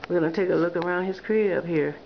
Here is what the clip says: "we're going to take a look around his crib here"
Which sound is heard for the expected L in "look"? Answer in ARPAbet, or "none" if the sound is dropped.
L